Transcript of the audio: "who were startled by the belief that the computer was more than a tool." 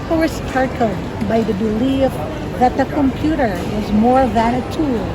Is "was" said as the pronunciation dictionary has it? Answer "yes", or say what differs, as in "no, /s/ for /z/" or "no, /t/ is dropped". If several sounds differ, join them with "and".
yes